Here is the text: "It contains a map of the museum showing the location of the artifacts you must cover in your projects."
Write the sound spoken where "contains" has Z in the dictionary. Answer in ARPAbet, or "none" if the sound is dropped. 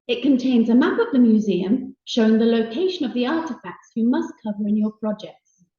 Z